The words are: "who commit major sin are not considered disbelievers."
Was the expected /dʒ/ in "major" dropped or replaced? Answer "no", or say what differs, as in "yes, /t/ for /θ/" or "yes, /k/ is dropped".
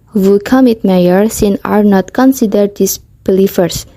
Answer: yes, /dʒ/ is dropped